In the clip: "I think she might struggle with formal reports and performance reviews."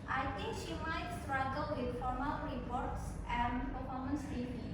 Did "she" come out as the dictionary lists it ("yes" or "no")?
yes